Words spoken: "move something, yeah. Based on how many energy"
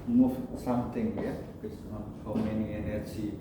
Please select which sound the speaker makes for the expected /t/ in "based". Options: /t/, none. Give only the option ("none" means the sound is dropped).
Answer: none